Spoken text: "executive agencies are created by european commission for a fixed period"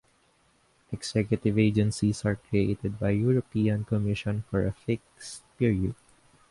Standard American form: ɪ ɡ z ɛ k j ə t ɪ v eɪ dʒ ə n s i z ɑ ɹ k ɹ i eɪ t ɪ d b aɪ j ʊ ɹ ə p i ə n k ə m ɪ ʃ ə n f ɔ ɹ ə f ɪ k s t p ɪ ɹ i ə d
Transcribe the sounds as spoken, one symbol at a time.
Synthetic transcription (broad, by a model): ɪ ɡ s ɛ k j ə t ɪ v eɪ dʒ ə n s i s ɑ ɹ k ɹ i eɪ t ɪ d b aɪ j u ɹ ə p i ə n k ə m ɪ ʃ ə n f ɔ ɹ ə f ɪ k s t p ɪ ɹ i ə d